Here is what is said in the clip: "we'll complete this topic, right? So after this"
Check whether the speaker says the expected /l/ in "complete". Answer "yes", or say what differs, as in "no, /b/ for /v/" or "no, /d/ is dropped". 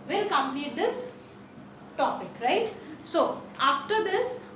no, /n/ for /l/